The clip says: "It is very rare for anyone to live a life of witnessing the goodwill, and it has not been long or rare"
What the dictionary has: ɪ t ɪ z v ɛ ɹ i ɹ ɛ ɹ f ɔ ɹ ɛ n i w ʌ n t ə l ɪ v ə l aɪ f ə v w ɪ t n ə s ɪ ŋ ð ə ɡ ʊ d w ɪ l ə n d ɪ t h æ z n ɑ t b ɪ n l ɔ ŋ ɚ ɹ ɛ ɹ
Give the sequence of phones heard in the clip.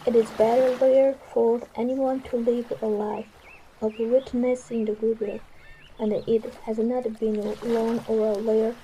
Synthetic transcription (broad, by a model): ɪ t ɪ z b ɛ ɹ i ɹ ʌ ɹ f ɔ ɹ ɛ n i w ʌ n t ə l ɪ v ə l aɪ f ə v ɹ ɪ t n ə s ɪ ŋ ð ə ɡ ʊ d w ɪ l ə n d ɪ t h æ z n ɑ t b ɪ n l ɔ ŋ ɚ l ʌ ɹ